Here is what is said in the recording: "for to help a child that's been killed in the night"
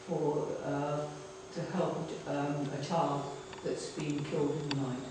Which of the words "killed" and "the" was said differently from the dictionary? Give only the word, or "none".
none